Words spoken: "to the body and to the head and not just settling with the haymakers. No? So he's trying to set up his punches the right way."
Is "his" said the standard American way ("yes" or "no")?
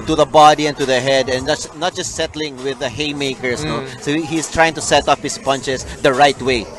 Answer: no